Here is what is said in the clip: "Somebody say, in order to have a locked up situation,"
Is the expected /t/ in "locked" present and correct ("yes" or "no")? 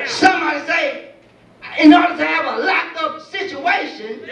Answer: no